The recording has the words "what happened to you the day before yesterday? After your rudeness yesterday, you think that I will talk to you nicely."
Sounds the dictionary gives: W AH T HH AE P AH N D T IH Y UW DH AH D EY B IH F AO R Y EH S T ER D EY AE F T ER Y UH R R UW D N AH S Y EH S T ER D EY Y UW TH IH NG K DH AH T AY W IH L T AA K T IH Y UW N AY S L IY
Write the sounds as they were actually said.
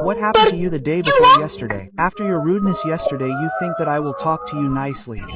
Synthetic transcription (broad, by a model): W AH T HH AE P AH N T IH Y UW DH AH D EY B IH F AO R Y EH S T ER D EY AE F T ER Y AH R R UW D N AH S Y EH S T ER D EY Y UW TH IH NG K DH AH T AY W IH L T AA K T IH Y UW N AY S L IY